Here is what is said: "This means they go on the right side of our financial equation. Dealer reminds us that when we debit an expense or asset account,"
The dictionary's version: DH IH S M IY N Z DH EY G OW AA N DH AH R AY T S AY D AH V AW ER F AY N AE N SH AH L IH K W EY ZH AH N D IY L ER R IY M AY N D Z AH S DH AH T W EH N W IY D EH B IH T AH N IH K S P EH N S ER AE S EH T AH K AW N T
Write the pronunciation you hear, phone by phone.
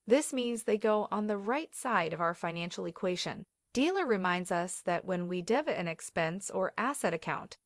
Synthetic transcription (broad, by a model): DH IH S M IY N Z DH EY G OW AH N DH AH R AY T S AY D AH V AW ER F AY N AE N SH L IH K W EY SH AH N D IY L ER R IY M AY N D Z AH S DH AH T W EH N W IY D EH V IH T AH N IH K S P EH N S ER AE S EH T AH K AW N T